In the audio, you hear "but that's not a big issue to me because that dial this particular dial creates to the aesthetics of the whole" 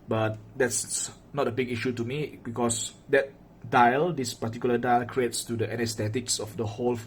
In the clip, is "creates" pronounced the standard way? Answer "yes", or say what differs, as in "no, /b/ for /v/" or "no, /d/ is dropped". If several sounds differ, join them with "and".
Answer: yes